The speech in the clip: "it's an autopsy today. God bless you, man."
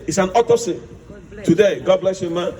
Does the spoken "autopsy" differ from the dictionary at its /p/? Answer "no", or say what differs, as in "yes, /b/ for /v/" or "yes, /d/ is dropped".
yes, /p/ is dropped